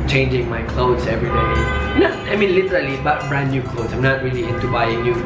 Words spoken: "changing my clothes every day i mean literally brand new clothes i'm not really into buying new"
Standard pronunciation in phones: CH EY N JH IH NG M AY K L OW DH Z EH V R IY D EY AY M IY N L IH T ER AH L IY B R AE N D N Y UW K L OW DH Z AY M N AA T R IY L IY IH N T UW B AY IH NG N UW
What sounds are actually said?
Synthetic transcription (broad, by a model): CH EY N JH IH NG M AY K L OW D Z EH V R IY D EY AY M IY N L IH T ER AH L IY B AA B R N Y UW K L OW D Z AY M N AA T R IY L IY IH N T UW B AY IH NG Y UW